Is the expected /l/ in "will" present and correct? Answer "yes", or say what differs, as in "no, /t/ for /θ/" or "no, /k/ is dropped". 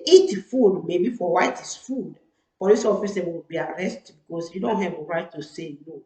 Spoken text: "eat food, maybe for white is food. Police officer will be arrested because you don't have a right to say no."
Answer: no, /w/ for /l/